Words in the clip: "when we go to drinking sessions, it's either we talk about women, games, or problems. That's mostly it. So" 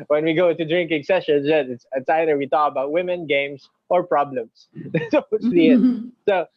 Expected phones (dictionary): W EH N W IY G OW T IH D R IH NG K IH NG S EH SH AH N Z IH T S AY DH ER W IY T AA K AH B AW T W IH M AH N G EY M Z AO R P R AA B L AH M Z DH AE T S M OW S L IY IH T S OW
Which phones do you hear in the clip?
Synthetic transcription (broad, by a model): W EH N W IY G OW T IH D R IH NG K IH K S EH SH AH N S IH T S AY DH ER W IY T AA K AH B AW T W IH M AH N G EY M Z AO R P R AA B L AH M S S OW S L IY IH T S OW